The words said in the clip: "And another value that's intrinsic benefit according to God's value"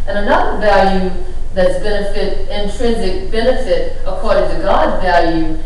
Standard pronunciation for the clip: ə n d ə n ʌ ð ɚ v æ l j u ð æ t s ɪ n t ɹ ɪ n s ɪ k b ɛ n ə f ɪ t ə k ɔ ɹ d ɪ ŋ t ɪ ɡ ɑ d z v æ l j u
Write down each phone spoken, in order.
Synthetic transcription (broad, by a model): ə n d ə n ʌ ð ɚ v æ l j u ð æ t s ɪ n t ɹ ɪ n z ɪ k b ɛ n ə f ɪ t ə k ɔ ɹ d ɪ ŋ t ɪ ɡ ɑ d z v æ l j u